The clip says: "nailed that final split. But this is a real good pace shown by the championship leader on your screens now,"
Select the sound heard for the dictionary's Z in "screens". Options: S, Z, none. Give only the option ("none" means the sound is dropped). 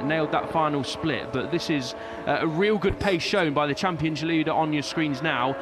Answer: Z